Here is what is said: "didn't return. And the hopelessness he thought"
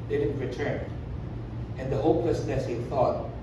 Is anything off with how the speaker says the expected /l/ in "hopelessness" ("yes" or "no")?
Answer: yes